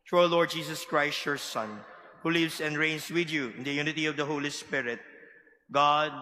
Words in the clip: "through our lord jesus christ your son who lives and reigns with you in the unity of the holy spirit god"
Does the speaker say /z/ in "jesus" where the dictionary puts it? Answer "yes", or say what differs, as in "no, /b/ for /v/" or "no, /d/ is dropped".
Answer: no, /s/ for /z/